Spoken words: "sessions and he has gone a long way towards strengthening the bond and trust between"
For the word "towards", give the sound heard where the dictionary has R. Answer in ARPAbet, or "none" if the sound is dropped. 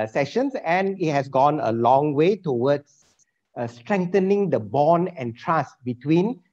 W